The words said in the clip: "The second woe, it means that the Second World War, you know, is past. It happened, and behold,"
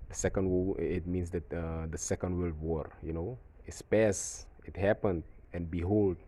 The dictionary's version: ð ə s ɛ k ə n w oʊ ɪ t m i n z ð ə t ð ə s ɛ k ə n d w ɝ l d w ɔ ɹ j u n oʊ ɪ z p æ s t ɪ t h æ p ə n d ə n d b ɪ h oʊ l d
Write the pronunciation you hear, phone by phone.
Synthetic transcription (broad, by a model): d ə s ɛ k ə n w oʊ ɪ t m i n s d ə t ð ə s ɛ k ə n d w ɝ l d w ɔ ɹ j u n oʊ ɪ s p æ s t ɪ t h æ p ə n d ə n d b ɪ h oʊ l d